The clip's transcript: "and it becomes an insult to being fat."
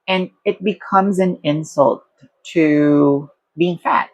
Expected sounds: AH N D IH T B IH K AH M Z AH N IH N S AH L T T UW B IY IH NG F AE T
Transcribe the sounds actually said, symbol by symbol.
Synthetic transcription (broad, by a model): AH N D IH T B IH K AH M Z AH N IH N S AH L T T UW B IY IH NG F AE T